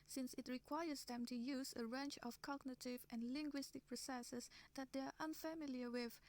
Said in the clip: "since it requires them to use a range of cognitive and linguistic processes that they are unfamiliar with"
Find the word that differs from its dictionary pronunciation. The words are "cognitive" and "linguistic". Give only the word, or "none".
none